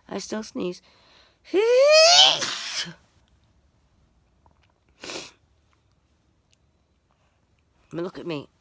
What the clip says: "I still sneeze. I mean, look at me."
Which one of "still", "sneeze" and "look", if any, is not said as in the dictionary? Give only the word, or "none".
none